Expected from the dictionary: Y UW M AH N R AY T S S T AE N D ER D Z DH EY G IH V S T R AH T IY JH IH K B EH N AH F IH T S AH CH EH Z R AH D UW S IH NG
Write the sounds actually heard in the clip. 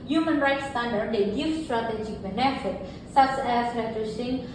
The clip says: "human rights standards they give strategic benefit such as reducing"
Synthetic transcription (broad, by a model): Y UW M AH N R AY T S S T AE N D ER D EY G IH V S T R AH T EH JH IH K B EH N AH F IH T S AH S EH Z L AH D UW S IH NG